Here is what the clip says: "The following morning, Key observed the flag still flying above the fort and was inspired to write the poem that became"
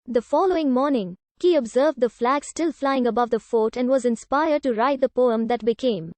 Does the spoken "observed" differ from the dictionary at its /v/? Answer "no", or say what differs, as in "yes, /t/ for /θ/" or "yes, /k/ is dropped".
no